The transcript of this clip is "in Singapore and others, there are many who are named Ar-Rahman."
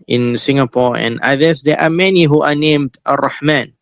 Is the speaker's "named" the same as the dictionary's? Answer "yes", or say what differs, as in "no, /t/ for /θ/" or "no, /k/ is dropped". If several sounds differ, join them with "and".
yes